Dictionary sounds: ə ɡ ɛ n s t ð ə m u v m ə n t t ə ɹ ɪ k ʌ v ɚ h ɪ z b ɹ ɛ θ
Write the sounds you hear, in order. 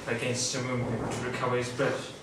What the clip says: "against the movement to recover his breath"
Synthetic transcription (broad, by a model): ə ɡ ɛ n s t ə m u m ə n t t ə ɹ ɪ k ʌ v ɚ h ɪ z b ɹ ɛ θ